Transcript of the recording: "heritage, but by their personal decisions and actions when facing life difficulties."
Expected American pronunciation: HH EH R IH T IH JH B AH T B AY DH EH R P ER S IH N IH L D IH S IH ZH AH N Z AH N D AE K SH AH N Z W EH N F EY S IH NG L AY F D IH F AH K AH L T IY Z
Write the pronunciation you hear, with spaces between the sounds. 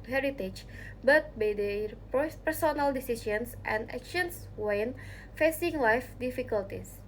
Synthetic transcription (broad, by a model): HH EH R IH T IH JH B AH T B AY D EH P P ER S IH N IH L D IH S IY S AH N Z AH N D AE K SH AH N S W EH N F EY S IH NG L AY F D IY F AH K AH L T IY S